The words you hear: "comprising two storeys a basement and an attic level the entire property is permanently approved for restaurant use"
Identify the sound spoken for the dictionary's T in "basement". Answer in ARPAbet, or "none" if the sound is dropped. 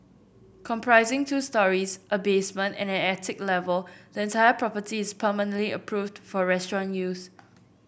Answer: T